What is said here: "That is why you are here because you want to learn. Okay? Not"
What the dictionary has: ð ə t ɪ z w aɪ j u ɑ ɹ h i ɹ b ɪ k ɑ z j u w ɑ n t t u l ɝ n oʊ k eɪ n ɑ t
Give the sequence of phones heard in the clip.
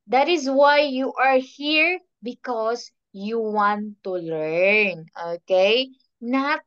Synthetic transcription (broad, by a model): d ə t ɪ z w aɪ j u ɑ ɹ h i ɹ b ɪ k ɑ s j u w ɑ n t t u l ɝ n oʊ k eɪ n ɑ t